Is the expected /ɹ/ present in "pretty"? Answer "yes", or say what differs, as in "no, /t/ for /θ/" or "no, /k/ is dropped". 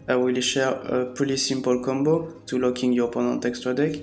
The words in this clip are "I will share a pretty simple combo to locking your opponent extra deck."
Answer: no, /ɹ/ is dropped